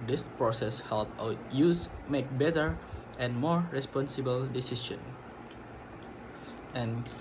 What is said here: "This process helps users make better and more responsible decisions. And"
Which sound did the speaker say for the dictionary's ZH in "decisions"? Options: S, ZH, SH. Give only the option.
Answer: SH